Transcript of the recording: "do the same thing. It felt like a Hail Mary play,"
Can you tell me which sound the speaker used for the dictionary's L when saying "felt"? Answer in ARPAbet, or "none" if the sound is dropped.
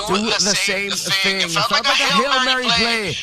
none